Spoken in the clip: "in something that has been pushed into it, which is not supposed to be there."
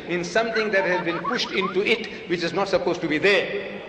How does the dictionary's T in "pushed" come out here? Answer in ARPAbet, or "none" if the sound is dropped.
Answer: T